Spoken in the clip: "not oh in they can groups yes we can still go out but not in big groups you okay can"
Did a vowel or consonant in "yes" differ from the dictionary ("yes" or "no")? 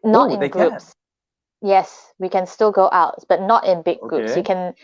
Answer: no